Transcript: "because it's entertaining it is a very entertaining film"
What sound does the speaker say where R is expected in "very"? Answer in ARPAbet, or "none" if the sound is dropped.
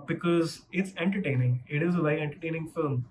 none